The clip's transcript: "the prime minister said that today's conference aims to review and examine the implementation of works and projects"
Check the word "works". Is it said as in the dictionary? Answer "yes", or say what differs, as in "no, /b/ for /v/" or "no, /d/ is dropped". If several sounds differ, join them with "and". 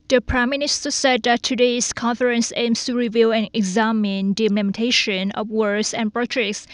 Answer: no, /k/ is dropped